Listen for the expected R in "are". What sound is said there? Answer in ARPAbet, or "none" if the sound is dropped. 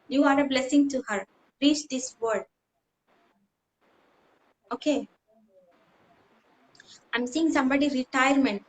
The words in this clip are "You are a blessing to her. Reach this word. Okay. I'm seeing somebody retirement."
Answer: R